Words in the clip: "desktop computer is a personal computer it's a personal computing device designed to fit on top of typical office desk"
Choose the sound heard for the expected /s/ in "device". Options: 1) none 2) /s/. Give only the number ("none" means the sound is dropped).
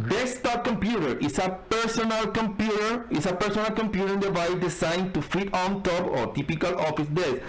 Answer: 1